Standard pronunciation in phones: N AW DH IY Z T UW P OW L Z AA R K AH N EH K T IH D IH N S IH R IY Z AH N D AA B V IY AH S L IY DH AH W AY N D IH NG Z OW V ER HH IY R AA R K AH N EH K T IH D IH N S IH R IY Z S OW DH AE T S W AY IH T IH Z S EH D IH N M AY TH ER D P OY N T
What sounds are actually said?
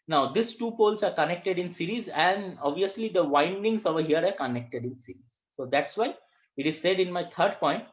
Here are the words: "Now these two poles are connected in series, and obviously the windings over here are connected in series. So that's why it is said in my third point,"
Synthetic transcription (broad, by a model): N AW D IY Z T UW P OW L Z AA R K AH N EH K T IH D IH N S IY R IY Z AH N D AA B V IY AH S L IY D AH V AY N D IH NG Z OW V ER HH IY R AA R K AH N EH K T IH D IH N S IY R IY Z S OW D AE T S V AY IH T IH Z S EH D IH N M AY T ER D P OY N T